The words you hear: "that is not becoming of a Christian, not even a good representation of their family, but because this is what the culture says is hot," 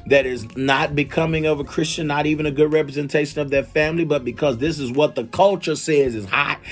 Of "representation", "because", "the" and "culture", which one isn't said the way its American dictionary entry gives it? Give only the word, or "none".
none